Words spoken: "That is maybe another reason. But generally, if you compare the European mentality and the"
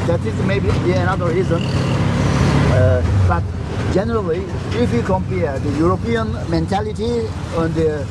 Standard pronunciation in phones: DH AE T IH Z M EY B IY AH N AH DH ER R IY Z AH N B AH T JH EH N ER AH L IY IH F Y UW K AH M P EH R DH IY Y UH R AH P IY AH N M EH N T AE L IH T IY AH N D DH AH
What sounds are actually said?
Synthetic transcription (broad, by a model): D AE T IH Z M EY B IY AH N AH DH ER R IY Z AH N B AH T JH EH N ER AH L IY IH F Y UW K AH M P EH R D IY Y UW R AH P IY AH N M EH N T AE L IH T IY AH N D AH